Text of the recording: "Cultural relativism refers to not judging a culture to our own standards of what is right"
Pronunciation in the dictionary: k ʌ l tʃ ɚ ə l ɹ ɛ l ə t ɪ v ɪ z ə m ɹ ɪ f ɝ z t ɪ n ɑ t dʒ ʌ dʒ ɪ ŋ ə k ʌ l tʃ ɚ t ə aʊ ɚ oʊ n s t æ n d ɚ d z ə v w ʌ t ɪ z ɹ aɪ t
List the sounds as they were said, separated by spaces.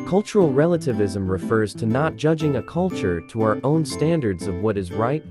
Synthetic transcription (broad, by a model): k ʌ l tʃ ɚ l ɹ ɛ l ə t ɪ v ɪ z ə m ɹ ɪ f ɝ z t ɪ n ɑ t dʒ ʌ dʒ ɪ ŋ ə k ʌ l tʃ ɚ t ə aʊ ɚ oʊ n s t æ n d ɚ d z ə v w ʌ t ɪ z ɹ aɪ t